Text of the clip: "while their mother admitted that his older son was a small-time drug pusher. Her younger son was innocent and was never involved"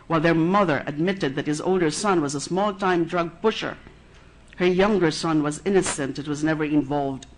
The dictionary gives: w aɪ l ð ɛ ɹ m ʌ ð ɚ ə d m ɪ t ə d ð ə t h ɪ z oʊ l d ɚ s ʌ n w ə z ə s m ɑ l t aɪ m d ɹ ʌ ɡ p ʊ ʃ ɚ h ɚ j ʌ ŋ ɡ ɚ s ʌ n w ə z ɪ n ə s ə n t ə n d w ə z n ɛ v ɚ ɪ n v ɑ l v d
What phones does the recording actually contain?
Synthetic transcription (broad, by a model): w aɪ l ð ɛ ɹ m ʌ ð ɚ ə d m ɪ t ə d ð ə t h ɪ z oʊ l d ɚ s ʌ n w ə z ə s m ɑ l t aɪ m d ɹ ʌ ɡ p ʊ ʃ ɚ h ɚ j ʌ ŋ ɡ ɚ s ʌ n w ə z ɪ n ə s ə n t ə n w ə z n ɛ v ɚ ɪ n v ɑ l v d